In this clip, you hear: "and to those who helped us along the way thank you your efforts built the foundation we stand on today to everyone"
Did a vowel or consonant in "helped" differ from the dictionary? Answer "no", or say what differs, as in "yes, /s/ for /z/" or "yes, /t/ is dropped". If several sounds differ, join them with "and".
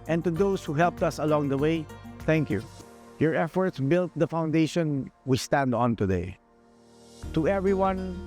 no